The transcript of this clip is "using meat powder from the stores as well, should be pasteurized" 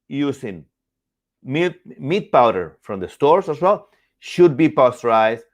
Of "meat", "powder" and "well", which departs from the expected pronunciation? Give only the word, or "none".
none